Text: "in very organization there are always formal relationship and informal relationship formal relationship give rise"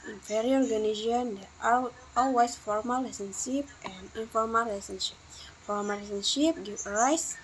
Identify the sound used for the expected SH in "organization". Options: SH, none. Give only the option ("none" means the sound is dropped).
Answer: none